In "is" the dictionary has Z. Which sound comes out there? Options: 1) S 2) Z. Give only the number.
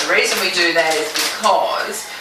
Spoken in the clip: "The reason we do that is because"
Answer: 2